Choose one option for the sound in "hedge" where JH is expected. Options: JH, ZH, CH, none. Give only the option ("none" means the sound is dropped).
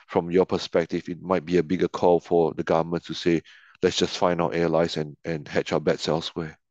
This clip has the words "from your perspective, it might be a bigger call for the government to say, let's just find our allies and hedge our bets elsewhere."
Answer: CH